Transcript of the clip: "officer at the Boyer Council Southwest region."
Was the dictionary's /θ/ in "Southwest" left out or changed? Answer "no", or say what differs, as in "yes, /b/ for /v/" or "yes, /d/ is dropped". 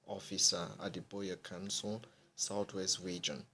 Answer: yes, /t/ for /θ/